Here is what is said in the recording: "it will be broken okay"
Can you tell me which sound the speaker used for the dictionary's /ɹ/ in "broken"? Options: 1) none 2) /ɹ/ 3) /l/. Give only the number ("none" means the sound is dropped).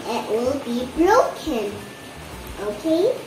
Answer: 3